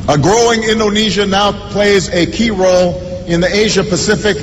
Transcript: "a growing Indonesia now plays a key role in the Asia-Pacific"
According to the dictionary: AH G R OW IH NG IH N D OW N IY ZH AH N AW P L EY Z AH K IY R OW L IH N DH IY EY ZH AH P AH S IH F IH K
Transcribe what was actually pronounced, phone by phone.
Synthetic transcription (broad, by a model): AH G R OW IH NG IH N D OW N IY ZH AH N AW P L EY Z AH K IY R OW L IH N DH IY EY ZH AH P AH S IH F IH K